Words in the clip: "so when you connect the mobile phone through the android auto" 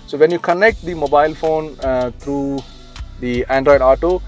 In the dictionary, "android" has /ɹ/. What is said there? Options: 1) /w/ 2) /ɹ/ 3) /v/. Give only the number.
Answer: 2